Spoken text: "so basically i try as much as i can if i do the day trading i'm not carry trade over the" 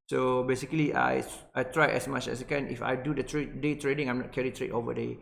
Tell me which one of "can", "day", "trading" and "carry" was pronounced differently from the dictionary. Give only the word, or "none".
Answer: none